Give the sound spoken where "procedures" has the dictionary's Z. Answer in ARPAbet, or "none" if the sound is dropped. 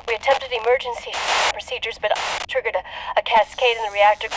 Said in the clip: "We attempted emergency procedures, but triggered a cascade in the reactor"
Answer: Z